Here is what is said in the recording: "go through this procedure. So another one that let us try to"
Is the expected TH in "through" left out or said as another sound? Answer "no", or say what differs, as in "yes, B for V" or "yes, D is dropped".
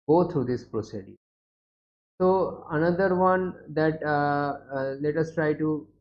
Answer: yes, T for TH